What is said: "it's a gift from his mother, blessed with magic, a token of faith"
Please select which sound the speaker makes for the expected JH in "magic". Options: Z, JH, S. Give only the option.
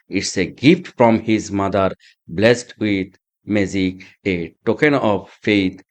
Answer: Z